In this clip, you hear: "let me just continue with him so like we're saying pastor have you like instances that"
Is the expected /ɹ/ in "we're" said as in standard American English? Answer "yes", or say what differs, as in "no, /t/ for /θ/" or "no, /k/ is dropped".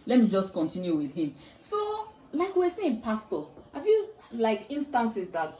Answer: no, /w/ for /ɹ/